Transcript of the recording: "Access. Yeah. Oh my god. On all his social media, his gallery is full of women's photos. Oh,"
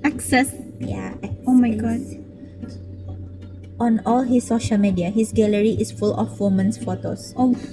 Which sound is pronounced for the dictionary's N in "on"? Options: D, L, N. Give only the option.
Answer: N